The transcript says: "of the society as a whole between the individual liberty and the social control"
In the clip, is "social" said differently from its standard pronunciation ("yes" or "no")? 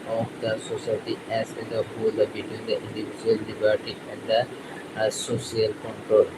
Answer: yes